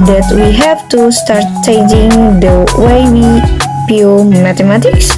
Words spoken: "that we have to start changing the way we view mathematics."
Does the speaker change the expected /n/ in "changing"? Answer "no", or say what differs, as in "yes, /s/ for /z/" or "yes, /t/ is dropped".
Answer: yes, /n/ is dropped